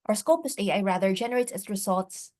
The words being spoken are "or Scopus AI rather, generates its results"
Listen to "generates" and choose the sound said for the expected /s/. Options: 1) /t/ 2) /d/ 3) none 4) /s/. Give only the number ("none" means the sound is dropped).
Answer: 3